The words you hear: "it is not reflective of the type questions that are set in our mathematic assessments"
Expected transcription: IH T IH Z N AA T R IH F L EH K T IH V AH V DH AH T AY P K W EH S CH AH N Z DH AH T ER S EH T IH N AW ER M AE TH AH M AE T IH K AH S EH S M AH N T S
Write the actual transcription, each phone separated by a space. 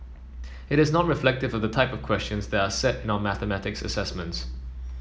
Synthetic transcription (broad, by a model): IH T IH Z N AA T R IH F L EH K T IH V AH V DH AH T AY P K W EH S CH AH N Z DH AH T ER S EH T IH N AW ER M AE TH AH M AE T IH K AH S EH S M AH N T S